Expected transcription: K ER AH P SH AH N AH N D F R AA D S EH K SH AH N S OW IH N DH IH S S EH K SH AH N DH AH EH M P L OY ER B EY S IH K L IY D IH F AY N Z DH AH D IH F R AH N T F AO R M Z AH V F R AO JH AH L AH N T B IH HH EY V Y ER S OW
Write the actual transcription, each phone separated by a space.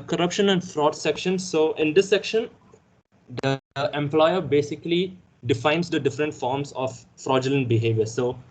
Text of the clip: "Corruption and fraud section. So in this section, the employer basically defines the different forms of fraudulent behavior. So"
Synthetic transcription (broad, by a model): K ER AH P SH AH N AH N D F R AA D S EH K SH AH N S OW IH N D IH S S EH K SH AH N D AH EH M P L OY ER B EY S IH K L IY D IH F AY N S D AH D IH F R AH N T F AO R M S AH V F R AO JH AH L AH N T B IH HH EY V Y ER S OW